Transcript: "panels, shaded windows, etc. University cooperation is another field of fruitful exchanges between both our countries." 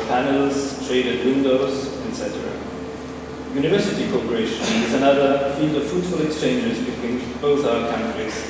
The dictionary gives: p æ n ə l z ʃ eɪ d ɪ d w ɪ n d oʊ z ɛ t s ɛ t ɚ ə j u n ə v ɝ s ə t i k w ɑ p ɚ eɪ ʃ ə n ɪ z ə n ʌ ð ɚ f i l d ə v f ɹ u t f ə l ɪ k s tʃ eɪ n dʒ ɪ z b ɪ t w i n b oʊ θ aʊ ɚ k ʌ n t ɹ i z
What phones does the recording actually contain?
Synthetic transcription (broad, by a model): p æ n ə l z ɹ eɪ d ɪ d w ɪ n d oʊ z ɛ t s ɛ t ɚ ə j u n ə v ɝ s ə t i k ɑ p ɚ eɪ ʃ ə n ɪ z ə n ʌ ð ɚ f i l d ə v f ɹ u t f ə l ɪ k s tʃ eɪ n dʒ ɪ z b ɪ t w i n b oʊ θ aʊ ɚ k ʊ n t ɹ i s